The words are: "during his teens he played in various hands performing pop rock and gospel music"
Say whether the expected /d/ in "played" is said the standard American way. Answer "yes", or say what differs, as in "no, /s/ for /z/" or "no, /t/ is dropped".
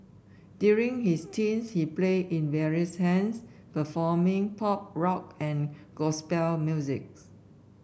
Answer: no, /d/ is dropped